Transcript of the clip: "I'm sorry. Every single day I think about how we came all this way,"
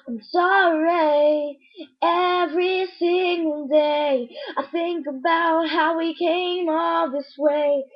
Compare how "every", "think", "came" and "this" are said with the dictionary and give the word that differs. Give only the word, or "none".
none